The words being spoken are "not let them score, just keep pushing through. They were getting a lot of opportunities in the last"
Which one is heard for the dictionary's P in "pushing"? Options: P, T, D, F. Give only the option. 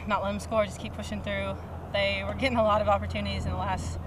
P